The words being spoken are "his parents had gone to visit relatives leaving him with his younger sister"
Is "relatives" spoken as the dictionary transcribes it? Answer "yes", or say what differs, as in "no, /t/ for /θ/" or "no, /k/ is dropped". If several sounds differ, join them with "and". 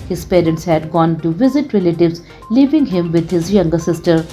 yes